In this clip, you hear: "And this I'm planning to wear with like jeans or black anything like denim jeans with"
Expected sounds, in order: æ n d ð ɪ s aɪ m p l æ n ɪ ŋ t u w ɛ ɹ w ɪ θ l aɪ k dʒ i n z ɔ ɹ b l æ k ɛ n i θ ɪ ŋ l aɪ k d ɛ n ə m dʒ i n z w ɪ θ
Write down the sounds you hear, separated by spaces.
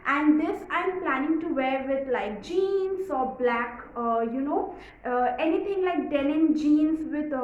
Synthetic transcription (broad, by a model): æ n d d ɪ s aɪ m p l æ n ɪ ŋ t u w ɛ ɹ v ɪ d l aɪ k dʒ i n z ɔ ɹ b l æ k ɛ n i t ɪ ŋ l aɪ k d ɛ l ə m dʒ i n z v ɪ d